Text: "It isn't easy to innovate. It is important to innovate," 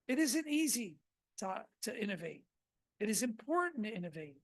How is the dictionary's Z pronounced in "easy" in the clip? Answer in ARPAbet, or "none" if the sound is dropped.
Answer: Z